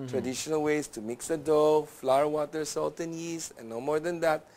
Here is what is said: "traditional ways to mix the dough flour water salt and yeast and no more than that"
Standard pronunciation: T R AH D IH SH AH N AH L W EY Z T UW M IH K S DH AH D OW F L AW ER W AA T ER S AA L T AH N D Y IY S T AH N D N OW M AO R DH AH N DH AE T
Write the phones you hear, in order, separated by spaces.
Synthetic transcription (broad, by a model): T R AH D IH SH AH N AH L W EY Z T UW M IH K S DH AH D OW F L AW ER W AA T ER S AA L T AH N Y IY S AH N N OW M AO R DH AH N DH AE T